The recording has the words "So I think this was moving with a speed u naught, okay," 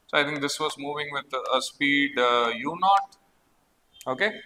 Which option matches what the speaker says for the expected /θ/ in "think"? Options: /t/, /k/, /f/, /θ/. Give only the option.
/t/